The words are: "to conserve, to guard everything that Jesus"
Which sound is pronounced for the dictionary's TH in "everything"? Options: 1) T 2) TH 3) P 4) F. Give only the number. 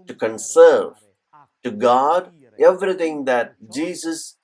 1